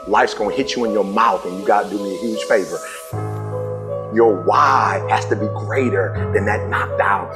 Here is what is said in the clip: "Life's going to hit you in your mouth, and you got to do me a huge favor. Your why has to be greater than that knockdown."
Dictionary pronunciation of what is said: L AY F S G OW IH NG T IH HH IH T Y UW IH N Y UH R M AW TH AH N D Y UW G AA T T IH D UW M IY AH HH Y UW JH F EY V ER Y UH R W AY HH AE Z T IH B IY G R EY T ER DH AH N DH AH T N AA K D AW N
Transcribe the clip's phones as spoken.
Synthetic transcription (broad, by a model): L AY F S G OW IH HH IH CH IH IH N Y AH R M AW TH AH N Y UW G AA T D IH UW M IY AH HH Y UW ZH F EY V ER Y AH R W AY HH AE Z T IH B IY G R EY T ER DH AH N DH AH T N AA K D AW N